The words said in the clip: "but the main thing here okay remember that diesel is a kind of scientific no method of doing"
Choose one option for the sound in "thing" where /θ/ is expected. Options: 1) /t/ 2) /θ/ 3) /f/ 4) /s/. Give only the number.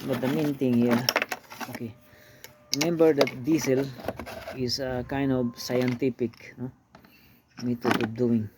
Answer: 1